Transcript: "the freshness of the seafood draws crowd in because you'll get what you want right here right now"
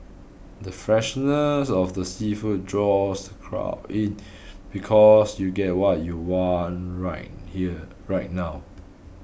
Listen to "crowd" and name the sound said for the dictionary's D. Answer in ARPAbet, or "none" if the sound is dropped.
none